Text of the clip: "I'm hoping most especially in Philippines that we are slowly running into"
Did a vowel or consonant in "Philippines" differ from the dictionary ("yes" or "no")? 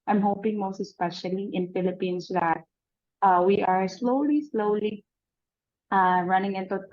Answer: yes